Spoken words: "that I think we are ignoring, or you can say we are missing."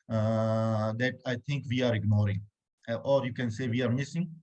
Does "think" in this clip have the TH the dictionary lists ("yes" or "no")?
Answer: no